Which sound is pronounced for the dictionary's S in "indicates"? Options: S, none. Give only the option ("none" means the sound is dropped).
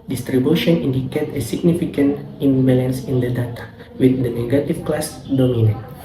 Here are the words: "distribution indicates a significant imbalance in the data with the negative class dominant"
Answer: none